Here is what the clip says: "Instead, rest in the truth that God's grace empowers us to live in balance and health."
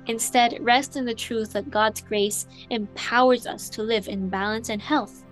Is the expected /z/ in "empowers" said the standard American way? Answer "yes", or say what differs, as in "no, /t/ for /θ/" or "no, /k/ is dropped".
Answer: yes